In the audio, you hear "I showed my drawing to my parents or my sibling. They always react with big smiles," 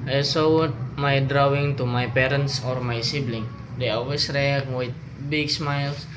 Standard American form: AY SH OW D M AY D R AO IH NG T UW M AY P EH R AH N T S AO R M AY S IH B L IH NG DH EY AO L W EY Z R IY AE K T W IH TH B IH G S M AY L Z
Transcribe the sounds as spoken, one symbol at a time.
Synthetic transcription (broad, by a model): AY S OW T M AY D R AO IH NG T UW M AY P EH R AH N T S AO R M AY S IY B L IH NG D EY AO L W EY S R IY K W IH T B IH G S M AY L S